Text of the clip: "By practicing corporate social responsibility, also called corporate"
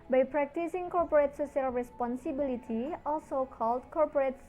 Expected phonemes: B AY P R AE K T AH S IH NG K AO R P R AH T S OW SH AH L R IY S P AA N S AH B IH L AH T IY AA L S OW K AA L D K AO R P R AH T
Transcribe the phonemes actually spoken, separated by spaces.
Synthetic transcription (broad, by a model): B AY P R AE K T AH S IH NG K AO R P R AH T S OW S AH L R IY S P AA N S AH B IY L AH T IY AA L S OW K AA L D K AO R P R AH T